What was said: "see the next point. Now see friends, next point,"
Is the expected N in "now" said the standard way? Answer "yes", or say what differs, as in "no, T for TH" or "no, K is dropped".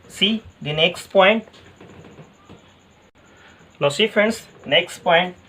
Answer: no, L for N